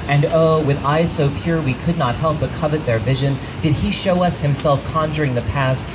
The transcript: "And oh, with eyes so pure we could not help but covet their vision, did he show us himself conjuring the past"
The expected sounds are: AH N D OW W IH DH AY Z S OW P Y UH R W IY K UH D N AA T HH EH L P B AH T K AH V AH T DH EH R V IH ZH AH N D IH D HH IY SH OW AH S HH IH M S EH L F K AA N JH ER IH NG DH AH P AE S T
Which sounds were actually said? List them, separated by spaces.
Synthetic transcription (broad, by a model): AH N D OW W IH DH AY Z S OW P Y UH R W IY K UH D N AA T HH EH L P B AH T K AH V AH T DH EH R V IH ZH AH N D IH D IY SH OW AH S HH IH M S EH L F K AA N JH ER IH NG DH AH P AE S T